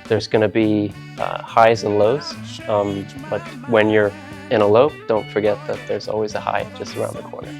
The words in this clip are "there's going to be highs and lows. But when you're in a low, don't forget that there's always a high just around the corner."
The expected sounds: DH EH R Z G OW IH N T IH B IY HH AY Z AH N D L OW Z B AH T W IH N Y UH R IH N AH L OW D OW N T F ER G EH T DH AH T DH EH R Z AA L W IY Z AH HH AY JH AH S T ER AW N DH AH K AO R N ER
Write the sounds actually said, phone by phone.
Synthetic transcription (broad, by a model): DH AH R Z G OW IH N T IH B IY HH AY Z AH N L OW Z B AH T W IH N Y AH R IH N AH L OW D OW N T F ER G EH T DH AH T DH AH R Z AA L W IY Z AH HH AY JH AH S T ER AW N DH AH K AO R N ER